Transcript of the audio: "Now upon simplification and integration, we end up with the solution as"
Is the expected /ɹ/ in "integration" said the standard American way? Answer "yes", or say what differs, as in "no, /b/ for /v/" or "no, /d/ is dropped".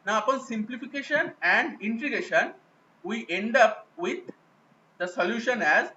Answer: no, /ɹ/ is dropped